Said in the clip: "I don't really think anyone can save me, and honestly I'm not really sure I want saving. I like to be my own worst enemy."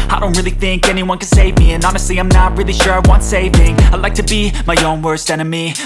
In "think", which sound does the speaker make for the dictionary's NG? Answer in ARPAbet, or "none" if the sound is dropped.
NG